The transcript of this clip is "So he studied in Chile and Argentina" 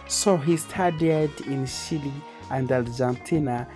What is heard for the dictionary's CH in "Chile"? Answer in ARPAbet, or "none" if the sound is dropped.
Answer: SH